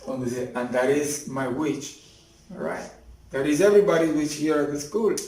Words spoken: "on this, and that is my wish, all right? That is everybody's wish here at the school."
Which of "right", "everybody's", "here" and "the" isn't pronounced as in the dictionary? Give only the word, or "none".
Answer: everybody's